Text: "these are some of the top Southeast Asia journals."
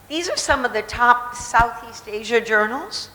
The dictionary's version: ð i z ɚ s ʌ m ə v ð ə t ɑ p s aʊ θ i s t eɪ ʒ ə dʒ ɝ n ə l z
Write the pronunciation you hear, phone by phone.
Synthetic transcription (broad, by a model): ð i z ɚ s ʌ m ə v ð ə t ɑ p s aʊ θ i s t eɪ ʒ ə dʒ ɝ n l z